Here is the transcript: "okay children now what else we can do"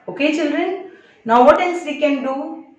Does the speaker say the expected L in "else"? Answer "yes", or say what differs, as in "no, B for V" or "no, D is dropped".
no, N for L